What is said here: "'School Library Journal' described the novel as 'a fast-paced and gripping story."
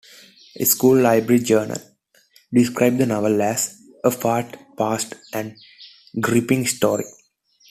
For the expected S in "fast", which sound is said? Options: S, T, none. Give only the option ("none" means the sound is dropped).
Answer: none